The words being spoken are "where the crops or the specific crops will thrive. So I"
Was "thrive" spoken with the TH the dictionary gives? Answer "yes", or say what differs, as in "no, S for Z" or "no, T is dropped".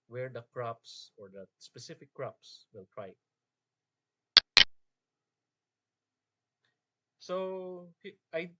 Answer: no, T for TH